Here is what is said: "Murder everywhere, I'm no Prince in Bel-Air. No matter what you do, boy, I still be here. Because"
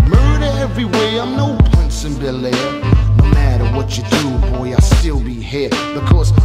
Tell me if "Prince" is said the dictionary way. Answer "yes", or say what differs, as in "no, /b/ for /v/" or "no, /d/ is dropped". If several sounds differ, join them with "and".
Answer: no, /ɹ/ is dropped